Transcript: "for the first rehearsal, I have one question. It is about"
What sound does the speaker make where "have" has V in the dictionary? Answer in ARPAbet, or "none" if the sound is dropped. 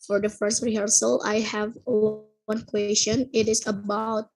V